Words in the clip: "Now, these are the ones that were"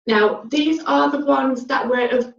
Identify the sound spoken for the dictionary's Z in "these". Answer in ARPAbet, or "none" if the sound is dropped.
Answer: Z